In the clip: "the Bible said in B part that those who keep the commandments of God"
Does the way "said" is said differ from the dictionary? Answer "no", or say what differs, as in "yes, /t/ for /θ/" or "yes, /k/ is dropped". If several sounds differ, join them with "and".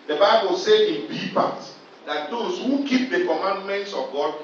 yes, /d/ is dropped